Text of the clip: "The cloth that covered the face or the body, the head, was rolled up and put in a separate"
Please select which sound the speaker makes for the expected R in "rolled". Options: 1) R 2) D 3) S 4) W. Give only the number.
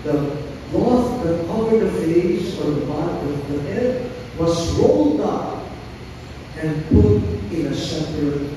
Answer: 1